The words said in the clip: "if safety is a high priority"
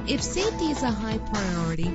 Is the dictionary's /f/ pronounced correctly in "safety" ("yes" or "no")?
no